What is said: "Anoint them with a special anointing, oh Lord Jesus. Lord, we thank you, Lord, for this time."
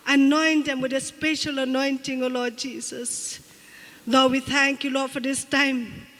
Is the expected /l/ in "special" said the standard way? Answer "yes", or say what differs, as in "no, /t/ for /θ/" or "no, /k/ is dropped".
yes